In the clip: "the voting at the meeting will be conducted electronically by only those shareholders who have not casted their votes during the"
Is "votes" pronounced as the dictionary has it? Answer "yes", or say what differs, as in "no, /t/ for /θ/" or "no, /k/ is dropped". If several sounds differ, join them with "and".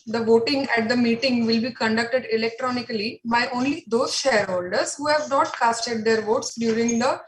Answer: yes